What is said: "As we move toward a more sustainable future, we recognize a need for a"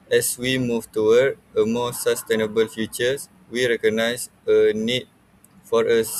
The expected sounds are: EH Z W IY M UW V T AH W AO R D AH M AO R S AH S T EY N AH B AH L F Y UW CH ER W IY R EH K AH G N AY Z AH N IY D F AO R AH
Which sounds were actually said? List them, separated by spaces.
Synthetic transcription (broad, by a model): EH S W IY M UW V T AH W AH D AH M AO S AH S T EY N AH B AH L F Y UW CH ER W IY R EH K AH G N AY S AH N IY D F AO R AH